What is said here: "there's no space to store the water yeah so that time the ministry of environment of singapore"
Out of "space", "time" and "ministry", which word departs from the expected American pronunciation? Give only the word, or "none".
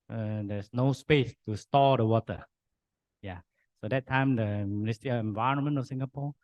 ministry